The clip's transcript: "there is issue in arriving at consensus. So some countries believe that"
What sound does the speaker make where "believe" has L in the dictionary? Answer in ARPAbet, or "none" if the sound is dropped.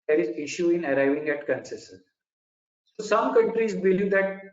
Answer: L